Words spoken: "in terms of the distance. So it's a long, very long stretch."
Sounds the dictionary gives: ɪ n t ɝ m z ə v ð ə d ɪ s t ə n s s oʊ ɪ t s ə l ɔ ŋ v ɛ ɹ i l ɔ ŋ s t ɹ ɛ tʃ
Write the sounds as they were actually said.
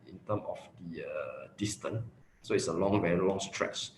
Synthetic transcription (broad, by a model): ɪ n t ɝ m ə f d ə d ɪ s t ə n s s oʊ ɪ t s ə l ɔ ŋ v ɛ l ɔ ŋ s t ɹ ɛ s